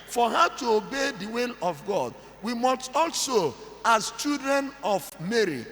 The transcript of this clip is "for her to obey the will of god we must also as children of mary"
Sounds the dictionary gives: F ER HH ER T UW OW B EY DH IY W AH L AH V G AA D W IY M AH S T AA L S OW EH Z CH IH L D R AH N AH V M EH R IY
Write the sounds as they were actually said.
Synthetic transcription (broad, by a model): F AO HH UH T UW OW B EY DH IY W AH L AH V G AA D W IY M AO S T AA L S OW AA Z CH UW D R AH N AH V M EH R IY